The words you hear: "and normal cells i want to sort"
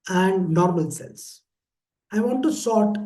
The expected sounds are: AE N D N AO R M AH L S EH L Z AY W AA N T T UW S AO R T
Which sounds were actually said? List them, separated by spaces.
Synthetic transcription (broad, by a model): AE N D N AO R M AH L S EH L S AY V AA N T T UW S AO T